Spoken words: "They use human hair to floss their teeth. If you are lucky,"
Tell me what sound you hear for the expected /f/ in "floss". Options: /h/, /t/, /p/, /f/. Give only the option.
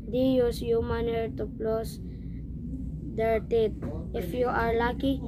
/p/